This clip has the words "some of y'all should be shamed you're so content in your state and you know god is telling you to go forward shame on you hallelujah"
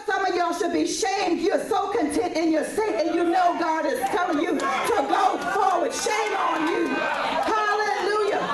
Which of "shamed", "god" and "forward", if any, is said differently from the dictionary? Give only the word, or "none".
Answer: forward